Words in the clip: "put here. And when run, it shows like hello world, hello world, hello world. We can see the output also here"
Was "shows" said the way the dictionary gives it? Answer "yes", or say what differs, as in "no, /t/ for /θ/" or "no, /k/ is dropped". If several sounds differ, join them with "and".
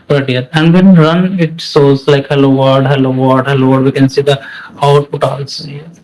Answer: no, /s/ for /ʃ/